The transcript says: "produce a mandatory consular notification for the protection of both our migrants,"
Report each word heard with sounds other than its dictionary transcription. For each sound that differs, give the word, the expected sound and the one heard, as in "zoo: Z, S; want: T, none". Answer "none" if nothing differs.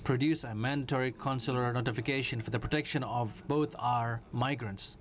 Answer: both: TH, T